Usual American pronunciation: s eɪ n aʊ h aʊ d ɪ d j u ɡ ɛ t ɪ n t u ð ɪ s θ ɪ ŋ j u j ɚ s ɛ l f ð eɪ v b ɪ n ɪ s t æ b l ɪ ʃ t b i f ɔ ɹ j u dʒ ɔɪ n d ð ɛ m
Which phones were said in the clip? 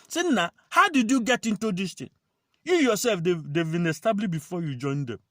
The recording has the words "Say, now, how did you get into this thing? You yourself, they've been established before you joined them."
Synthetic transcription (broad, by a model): s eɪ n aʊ h aʊ d ɪ d j u ɡ ɛ t ɪ n t u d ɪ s t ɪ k j u j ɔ s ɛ l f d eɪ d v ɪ n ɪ s t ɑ b l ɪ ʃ b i f ɔ j u dʒ ɔɪ n d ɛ m